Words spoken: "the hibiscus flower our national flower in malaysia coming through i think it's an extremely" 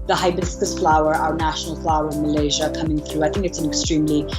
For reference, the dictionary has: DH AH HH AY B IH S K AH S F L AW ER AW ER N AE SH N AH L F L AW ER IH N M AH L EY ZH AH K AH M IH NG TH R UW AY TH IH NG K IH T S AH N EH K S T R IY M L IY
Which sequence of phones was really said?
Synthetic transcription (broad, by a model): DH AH HH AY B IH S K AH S F L AW ER AW ER N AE SH N L F L AW ER IH N M AH L EY ZH AH K AH M IH NG TH R UW AY TH IH NG K IH T S AH N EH K S T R IY M L IY